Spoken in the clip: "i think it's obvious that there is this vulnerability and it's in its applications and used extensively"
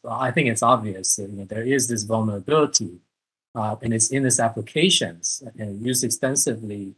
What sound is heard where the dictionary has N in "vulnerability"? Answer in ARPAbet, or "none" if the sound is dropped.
N